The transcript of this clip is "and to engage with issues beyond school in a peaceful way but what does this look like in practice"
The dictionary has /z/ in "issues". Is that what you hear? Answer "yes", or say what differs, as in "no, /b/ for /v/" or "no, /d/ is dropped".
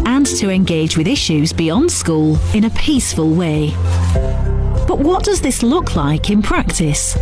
yes